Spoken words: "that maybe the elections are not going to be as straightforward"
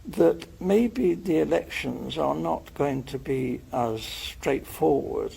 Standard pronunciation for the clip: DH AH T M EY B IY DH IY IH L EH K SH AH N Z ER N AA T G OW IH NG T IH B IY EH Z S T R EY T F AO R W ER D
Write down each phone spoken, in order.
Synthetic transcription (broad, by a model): DH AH T M EY B IY DH IY IH L EH K SH AH N Z ER N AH T G OW IH NG T IH B IY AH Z S T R EY T F AO R W ER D